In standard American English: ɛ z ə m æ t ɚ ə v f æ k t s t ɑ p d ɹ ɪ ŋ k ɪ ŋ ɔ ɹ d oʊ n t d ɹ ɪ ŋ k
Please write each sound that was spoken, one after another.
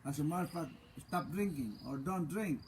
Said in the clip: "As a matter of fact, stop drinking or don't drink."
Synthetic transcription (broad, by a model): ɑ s ə m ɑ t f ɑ t s t ɑ p d ɹ ɪ ŋ k ɪ ŋ ɔ ɹ d oʊ n t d ɹ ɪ ŋ k